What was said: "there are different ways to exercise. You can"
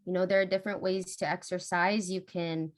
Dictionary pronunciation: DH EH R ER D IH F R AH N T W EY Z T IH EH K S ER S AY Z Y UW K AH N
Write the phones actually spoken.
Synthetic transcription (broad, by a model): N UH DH ER D IH F R AH N T W EY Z T IH EH K S ER S AY Z Y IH K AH N